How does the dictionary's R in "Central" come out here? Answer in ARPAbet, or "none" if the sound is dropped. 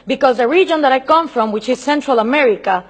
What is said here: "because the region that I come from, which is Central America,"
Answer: R